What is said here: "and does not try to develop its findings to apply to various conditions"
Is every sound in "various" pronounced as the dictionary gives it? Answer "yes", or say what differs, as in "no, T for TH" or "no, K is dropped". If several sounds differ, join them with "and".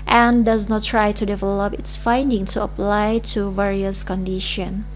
yes